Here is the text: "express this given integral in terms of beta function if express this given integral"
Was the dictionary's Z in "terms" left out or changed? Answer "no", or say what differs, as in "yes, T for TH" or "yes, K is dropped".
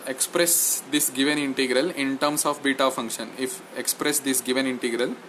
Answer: yes, S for Z